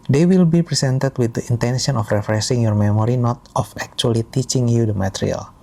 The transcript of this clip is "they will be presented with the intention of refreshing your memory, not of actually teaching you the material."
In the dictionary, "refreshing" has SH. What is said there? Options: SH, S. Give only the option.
S